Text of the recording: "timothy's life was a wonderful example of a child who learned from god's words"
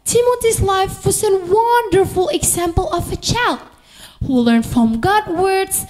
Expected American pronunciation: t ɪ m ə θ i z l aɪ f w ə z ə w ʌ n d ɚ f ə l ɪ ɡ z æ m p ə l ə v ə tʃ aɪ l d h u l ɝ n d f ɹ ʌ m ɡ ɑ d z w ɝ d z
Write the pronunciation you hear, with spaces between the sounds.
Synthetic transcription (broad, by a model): t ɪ m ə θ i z l aɪ f w ə z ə w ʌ n d ɚ f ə l ɪ ɡ z æ m p ə l ə v ə tʃ aɪ l d h u l ɝ n d f ɹ ʌ m ɡ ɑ d w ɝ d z